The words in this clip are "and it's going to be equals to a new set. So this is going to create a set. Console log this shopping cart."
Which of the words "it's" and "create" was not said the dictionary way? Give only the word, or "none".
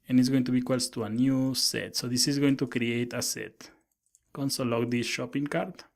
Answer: none